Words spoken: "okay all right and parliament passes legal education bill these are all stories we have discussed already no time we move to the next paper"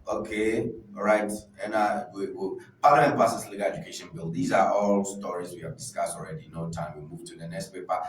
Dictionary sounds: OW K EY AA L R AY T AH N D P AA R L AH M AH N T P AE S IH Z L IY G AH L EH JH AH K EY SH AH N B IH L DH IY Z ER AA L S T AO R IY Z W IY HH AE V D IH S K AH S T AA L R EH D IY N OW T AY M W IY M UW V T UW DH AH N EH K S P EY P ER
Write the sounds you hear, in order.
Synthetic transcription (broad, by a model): OW K EY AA R AY T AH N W P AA L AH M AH N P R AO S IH S L IY G AH L EH JH AH K EY SH AH N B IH L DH IY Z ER AA L S T AO R IY Z W IY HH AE V D IH S K AH S T AA L R EH D IY N OW T AY M W IY M UW V T UW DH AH N EH K S P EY P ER